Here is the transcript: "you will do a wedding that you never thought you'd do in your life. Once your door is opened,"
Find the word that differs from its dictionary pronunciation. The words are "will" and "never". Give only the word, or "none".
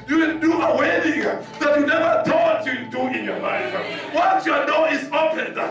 will